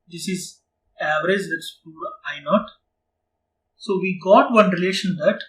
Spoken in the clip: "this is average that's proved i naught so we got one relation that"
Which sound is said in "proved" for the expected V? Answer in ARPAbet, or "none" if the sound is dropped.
none